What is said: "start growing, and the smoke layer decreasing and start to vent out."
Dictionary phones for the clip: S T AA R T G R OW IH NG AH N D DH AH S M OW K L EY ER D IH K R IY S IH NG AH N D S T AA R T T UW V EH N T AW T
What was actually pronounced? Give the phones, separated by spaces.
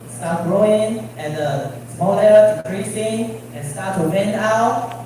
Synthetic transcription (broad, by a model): S T AA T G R OW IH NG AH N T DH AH S M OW L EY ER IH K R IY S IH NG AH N S T AA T T UW W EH N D AW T